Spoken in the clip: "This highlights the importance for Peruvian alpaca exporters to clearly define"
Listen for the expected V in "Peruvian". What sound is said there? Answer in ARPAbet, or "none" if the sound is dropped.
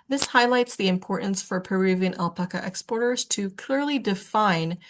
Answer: V